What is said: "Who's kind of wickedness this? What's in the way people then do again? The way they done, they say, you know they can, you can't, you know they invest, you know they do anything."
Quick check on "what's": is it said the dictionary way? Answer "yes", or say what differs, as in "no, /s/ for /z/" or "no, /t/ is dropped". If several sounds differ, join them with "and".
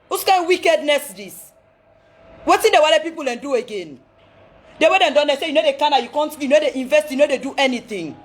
no, /s/ is dropped